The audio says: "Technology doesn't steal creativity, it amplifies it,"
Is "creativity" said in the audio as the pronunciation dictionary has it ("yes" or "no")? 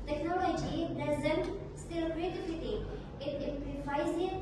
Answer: no